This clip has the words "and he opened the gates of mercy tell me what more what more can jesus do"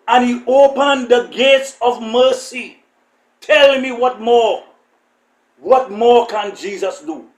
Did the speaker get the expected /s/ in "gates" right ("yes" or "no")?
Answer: yes